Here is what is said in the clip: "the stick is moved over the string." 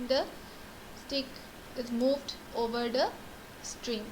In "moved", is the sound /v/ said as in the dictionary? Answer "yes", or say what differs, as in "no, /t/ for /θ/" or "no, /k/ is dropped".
yes